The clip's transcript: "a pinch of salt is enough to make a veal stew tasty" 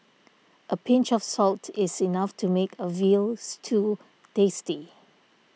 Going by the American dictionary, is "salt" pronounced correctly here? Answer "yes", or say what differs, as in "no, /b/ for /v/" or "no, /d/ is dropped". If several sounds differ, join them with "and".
yes